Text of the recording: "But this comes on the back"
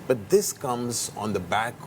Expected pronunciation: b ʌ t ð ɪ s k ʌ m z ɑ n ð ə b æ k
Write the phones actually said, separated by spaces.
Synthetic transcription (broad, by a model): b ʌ t ð ɪ s k ʌ m z n ð ə b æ k